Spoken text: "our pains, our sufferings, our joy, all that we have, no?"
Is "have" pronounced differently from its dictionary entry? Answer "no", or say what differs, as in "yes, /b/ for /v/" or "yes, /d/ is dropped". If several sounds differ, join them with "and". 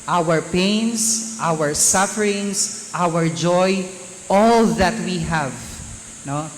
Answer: no